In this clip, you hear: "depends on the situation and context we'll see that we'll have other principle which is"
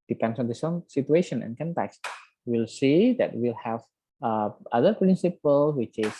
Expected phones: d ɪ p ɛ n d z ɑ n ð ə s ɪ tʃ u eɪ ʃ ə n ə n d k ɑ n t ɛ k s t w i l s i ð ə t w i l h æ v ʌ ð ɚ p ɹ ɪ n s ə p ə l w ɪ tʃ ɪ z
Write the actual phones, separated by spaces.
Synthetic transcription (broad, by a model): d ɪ p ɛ n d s ɑ n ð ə s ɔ s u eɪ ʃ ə n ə n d k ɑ n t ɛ k s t w i l s i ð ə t w i l h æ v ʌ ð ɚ p ɹ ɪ n s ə p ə l w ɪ tʃ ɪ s